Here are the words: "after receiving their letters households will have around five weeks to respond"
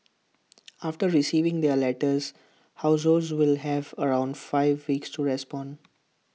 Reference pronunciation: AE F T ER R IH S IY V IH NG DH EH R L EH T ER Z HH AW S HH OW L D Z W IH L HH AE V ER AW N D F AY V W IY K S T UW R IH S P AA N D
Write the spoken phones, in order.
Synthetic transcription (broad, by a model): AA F T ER R IH S IY V IH NG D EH R L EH T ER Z HH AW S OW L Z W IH L HH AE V ER AW N D F AY V IY K S T UW R IH S P AA N D